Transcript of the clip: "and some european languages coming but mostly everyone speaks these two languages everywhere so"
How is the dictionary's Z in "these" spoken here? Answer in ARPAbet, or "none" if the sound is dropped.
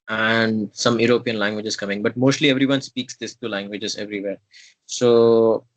S